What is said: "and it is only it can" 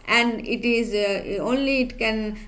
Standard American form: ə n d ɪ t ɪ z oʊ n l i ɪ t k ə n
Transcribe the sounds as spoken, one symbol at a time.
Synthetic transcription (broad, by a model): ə n d ɪ t ɪ z oʊ n l i ɪ t k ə n